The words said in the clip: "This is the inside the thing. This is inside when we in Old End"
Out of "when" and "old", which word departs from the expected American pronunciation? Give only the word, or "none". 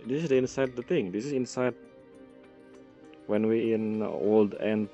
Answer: none